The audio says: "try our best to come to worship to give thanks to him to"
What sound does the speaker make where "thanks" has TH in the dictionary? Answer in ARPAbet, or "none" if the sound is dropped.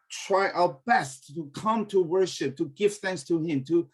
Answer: TH